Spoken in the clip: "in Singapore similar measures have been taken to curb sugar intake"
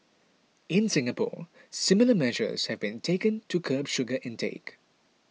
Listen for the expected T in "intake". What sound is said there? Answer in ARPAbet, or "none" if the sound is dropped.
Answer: T